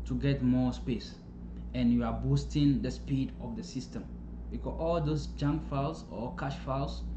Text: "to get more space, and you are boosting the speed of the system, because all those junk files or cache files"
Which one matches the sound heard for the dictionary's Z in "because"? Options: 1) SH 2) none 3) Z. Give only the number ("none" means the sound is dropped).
2